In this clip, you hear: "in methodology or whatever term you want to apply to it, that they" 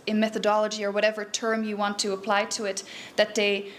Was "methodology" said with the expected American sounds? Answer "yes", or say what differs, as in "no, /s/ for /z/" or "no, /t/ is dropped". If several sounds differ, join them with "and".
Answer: yes